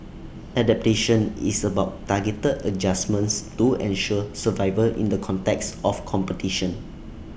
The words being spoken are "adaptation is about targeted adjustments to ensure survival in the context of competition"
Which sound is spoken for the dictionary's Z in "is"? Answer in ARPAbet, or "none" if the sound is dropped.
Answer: S